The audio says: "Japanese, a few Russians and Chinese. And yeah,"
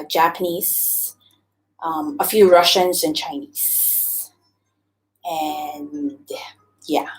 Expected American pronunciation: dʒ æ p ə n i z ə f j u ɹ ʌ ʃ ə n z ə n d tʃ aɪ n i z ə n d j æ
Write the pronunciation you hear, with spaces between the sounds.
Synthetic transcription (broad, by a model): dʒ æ p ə n i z ə f j u ɹ ʌ ʃ ə n z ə n tʃ aɪ n i z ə n j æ